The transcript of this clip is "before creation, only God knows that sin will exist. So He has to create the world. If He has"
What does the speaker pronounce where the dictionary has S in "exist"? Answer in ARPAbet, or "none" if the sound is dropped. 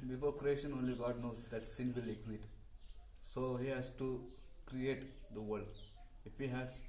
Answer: none